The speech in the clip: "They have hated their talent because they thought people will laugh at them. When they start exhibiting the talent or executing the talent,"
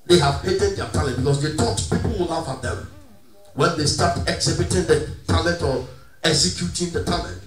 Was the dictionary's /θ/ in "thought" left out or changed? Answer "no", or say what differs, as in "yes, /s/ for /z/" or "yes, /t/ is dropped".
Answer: yes, /t/ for /θ/